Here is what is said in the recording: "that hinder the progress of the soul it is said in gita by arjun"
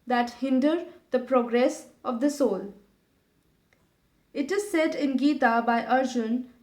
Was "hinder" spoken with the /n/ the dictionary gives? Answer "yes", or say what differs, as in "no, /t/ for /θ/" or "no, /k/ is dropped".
yes